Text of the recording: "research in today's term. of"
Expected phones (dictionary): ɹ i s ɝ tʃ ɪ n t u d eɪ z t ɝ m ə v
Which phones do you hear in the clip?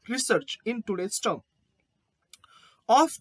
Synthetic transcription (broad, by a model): ɹ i s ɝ tʃ ɪ n t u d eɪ s t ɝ ə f